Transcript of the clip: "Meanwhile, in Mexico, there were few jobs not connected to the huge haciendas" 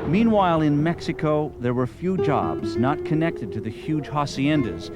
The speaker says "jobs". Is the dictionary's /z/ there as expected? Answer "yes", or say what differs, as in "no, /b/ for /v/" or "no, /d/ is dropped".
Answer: yes